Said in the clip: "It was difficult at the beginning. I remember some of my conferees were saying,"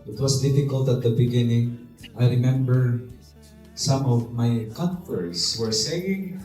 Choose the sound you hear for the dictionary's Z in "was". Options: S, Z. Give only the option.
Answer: S